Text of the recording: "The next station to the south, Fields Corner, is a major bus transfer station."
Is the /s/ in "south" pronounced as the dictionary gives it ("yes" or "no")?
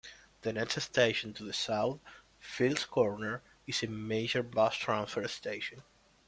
yes